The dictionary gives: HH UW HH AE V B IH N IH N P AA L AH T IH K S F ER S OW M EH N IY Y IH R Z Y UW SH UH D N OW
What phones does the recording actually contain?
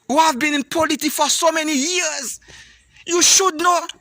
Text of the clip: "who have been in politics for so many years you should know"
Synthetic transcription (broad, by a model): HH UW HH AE V B IH N IH N P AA L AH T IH K F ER S OW M EH N IY Y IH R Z Y UW SH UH D N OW